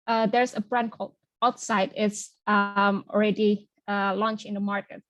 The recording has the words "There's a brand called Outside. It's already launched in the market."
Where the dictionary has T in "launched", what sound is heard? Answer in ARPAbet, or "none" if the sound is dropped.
none